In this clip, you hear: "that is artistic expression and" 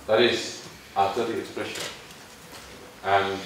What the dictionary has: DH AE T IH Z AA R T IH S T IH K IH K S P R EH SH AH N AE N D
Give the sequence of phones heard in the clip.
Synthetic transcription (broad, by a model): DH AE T IH Z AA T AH T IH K IH K S P R EH SH AH N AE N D